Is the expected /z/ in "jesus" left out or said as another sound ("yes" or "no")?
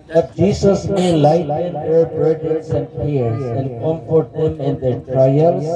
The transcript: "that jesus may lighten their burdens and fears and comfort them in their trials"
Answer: yes